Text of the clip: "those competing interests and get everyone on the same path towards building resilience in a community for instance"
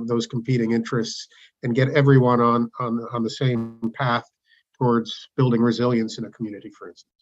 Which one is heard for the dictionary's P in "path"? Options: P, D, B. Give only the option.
P